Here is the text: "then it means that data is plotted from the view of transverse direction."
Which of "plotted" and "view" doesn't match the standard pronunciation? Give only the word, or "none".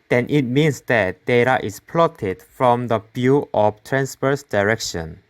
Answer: view